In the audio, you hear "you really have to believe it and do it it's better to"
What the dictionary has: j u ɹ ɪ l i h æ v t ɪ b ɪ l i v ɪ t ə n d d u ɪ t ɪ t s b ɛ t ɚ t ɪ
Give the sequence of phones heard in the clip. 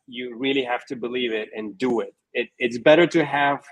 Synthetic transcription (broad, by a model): j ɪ ɹ ɪ l i h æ f t ɪ b ɪ l i v ɪ t ə n d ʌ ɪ ɪ t ɪ t s b ɛ t ɚ t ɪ